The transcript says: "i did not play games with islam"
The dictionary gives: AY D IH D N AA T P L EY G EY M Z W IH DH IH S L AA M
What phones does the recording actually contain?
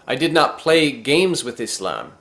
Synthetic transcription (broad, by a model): AY D IH D N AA T P L EY G EY M Z W IH DH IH S L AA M